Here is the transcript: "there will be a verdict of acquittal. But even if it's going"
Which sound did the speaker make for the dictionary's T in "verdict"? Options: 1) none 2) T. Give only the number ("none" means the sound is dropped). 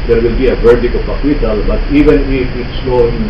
1